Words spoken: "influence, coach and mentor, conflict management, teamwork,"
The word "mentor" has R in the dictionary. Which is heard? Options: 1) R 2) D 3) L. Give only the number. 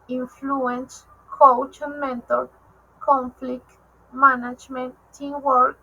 3